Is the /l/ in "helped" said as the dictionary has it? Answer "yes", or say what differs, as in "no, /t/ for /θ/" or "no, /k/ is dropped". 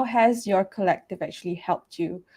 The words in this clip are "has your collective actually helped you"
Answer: yes